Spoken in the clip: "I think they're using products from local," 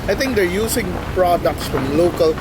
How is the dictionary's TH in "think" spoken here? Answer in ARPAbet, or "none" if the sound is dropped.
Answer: T